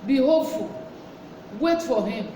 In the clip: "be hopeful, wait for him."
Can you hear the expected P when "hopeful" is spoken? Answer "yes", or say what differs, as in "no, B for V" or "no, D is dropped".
no, P is dropped